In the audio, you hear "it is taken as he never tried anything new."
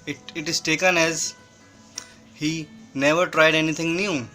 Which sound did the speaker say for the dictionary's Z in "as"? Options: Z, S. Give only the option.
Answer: Z